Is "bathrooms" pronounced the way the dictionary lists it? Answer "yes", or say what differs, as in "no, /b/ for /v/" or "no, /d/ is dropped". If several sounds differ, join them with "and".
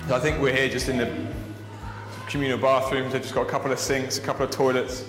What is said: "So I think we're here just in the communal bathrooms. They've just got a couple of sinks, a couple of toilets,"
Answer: yes